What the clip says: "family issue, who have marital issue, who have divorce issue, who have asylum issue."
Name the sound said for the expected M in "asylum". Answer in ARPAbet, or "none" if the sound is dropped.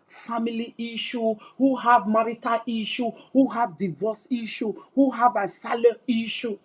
none